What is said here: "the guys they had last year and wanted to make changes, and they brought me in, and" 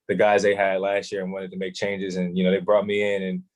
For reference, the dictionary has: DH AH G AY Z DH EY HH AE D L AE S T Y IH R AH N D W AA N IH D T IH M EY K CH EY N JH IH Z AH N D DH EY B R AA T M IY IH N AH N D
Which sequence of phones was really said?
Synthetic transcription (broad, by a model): DH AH G AY Z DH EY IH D L AE S T Y IH R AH N W AA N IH D T IH M EY K CH EY N JH IH Z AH N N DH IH B R AA T M IY IH N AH N